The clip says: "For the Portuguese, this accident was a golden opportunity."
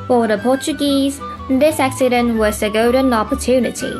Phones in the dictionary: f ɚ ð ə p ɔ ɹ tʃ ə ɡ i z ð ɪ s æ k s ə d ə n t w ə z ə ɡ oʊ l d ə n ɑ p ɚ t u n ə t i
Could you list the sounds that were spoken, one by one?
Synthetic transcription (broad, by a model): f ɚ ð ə p ɔ tʃ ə ɡ i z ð ɪ s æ k s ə d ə n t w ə s ə ɡ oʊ d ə n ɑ p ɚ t u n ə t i